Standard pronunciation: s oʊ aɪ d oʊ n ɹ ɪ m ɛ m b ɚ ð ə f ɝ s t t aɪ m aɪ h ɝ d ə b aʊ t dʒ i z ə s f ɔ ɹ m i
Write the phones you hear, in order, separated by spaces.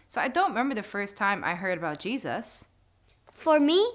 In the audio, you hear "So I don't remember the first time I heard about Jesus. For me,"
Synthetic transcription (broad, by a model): s oʊ aɪ d oʊ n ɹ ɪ m ɛ m b ɚ ð ə f ɝ s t t aɪ m aɪ h ɝ d ə b aʊ t dʒ i z ə s f ɔ ɹ m i